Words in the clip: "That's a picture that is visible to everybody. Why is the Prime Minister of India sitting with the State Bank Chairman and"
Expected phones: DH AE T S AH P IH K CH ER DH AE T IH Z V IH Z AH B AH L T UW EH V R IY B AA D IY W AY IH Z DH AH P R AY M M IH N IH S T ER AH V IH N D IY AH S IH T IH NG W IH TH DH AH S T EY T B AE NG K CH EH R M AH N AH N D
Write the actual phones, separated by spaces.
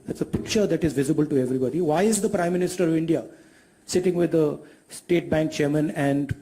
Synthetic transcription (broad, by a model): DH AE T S AH P IH K CH ER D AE T IH Z V IH Z AH B AH L T UW EH V R IY B AA D IY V AY IH Z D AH P R AY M M IH N IH S T ER AH V IH N D IY AH S IH T IH NG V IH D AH S T EY T B AE NG K CH EH R M AH N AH N D